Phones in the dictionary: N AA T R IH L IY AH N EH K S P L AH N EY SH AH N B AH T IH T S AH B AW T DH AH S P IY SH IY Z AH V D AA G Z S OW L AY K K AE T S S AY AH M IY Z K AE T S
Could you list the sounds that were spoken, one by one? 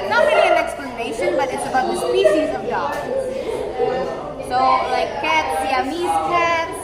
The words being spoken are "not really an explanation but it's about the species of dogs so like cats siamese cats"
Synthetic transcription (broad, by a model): N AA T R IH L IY AH N EH K S P L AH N EY SH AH N B AH T IH T S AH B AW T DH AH S P IY SH IY Z AH V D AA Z S OW L AY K K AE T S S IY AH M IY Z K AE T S